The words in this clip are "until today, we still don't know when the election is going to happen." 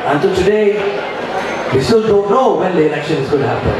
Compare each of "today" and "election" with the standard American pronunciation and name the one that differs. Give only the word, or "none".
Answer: election